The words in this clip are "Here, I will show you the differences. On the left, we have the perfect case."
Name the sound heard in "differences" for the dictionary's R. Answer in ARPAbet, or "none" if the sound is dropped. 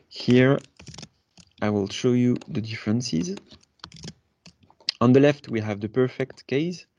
R